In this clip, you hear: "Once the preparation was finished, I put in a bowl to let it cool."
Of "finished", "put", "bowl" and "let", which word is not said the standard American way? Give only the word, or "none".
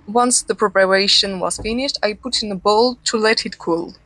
none